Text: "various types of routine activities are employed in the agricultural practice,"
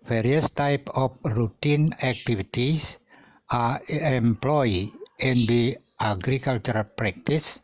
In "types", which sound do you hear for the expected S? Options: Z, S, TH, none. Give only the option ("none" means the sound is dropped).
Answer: none